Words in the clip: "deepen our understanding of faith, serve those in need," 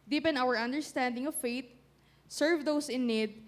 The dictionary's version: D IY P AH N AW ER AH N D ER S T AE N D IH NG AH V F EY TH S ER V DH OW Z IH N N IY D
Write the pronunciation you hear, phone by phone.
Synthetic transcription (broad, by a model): D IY P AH N AW ER AH N D ER S T AE N D IH NG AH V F EY T S ER V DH OW S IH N N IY D